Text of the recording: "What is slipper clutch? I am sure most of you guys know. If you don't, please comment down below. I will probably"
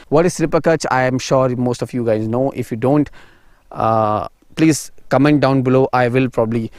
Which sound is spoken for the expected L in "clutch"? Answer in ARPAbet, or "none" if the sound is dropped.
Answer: none